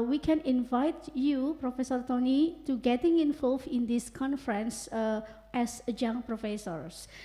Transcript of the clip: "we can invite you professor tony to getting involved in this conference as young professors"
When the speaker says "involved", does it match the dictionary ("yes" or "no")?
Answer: no